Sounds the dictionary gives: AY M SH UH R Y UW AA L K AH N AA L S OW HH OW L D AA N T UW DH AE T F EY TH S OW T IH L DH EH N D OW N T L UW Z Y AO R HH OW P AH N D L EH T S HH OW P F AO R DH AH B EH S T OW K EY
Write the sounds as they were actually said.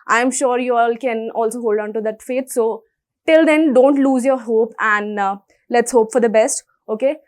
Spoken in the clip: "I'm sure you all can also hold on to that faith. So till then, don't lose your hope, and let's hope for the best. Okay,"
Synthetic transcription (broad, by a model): AY M SH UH R Y UW AA L K AH N AA L S OW HH OW L D AA N T UW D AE T F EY T S OW T IH L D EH N D OW N T L UW Z Y AO R HH OW P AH N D L EH T S HH OW P F AO R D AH B EH S T OW K EY